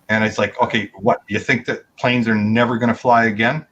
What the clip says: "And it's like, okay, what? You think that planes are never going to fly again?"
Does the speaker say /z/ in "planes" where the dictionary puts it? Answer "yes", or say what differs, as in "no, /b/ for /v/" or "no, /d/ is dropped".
yes